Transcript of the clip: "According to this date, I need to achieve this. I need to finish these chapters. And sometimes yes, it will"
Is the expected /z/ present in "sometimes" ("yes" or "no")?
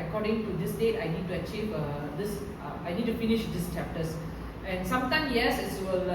no